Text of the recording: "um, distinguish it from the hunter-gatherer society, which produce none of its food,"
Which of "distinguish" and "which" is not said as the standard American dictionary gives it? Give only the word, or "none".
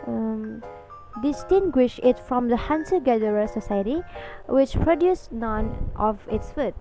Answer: none